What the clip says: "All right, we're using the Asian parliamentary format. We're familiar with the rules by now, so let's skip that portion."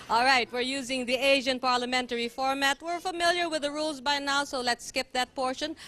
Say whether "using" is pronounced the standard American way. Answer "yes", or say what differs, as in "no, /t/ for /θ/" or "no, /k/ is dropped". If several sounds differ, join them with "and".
yes